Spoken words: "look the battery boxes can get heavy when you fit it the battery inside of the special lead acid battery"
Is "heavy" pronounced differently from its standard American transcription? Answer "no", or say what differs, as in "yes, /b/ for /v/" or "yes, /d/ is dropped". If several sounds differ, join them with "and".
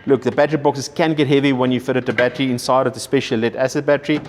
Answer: no